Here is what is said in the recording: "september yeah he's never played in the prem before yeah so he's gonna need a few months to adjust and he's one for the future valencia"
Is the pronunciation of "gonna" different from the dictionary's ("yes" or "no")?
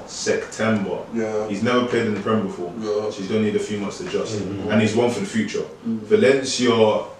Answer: yes